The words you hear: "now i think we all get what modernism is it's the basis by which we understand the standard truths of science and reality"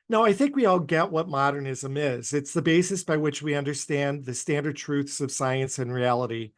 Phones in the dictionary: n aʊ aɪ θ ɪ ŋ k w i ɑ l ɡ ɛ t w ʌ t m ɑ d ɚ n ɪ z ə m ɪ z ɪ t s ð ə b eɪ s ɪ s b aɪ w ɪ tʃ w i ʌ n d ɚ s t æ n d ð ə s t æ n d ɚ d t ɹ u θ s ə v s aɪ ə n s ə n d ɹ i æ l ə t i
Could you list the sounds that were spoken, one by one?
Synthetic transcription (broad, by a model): n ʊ aɪ θ ɪ ŋ k w i ɑ l ɡ ɛ t w ʌ t m ɑ d ɚ n ɪ z ə m ɪ z ɪ t s ð ə b eɪ s ɪ s b aɪ w ɪ tʃ w i ʌ n d ɚ s t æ n ð ə s t æ n d ɚ d t ɹ u θ s ə v s aɪ ə n s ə n ɹ i æ l ə t i